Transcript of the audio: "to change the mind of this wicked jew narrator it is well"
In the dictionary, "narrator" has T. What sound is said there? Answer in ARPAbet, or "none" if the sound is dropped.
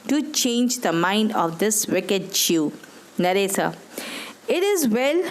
S